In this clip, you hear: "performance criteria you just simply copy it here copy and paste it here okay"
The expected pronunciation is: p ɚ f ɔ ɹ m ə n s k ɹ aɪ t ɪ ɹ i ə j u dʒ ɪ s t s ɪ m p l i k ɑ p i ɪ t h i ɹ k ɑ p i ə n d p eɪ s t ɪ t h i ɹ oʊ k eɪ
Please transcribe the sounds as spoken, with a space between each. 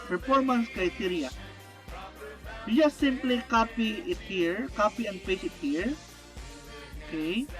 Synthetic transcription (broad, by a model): p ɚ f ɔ ɹ m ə n s k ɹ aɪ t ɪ ɹ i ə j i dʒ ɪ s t s ɪ m p l i k ɑ p i ɪ t h i ɹ k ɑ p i ə n d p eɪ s ɪ t h i ɹ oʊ k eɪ